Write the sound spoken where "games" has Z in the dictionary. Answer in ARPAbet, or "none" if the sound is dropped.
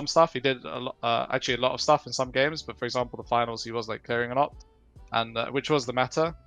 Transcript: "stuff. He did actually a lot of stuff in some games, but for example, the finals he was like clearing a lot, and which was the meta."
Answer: Z